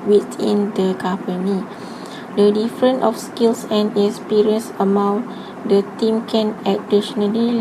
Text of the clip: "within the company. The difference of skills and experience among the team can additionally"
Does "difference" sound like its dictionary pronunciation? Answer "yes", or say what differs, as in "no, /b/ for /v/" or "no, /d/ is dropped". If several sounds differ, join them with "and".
no, /s/ is dropped